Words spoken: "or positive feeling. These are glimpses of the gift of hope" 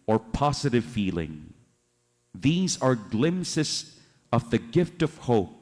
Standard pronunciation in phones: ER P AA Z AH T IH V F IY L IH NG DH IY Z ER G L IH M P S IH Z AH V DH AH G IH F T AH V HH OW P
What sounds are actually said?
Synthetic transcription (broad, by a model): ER P AA Z AH T IH V F IY L IH NG DH IY Z ER G L IH M S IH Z AH V DH AH G IH F T AH V HH OW P